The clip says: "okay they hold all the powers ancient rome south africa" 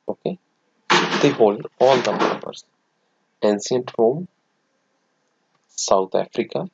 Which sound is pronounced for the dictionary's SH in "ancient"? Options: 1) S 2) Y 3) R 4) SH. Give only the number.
1